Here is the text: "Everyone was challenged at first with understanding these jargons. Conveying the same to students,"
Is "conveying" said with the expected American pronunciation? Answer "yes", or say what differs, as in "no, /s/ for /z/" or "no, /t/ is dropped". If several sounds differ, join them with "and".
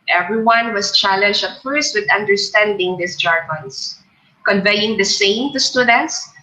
yes